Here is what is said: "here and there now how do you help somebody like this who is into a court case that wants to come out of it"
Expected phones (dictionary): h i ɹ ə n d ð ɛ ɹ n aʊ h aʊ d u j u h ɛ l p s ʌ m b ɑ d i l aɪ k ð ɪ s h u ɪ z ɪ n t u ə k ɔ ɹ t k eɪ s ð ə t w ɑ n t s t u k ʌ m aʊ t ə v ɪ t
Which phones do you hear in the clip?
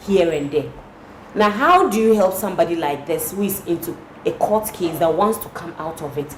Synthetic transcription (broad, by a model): h i ɹ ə n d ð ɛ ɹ n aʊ h aʊ d u j u h ɛ l p s ʌ m b ɑ d i l aɪ k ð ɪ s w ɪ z ɪ n t u ə k ɔ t k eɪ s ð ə t w ɑ n t s t u k ʌ m aʊ t ə v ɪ t